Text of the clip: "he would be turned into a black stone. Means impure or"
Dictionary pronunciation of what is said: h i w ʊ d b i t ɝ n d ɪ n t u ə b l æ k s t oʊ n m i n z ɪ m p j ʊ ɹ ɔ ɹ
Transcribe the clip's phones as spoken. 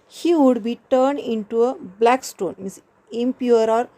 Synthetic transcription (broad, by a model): h i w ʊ d b i t ɝ n d ɪ n t u ə b l æ k s t oʊ n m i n s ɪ m p j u ɹ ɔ ɹ